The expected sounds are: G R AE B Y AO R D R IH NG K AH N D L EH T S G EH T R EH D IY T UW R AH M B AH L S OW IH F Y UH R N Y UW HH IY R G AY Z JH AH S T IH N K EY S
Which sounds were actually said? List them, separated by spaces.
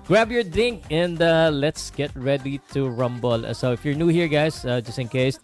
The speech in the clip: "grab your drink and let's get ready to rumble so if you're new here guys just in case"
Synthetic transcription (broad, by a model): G R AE B Y AO R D IH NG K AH N D L EH T S G EH T R EH D IY T UW R AH M B AH L S OW IH F Y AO R N Y UW HH IY R G AY S JH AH S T IH N K EY S